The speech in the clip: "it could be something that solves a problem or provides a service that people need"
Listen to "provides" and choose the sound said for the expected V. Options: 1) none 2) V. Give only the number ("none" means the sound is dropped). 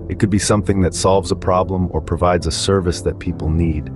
2